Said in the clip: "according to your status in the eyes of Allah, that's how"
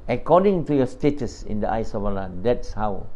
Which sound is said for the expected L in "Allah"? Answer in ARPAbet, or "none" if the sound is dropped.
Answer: L